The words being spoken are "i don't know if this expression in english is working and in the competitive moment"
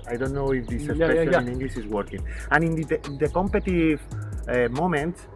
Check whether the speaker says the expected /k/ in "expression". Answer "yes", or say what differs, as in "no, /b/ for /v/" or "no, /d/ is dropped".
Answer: no, /k/ is dropped